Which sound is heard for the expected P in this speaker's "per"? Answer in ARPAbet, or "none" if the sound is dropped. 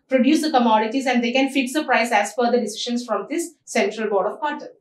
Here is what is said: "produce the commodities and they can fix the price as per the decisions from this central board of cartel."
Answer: F